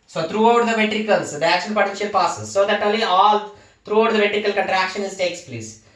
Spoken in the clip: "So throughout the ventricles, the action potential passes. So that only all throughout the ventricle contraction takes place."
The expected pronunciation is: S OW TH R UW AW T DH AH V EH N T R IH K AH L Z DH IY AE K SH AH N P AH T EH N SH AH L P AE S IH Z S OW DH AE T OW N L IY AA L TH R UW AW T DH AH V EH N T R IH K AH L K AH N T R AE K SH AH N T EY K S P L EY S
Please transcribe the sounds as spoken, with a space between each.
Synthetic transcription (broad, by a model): S OW T R UW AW T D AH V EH T R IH K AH L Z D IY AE K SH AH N P AH T EH N SH AH L P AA S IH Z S OW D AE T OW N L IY AA L T R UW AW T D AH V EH T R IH K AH L K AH N T R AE K SH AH N T EY K S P L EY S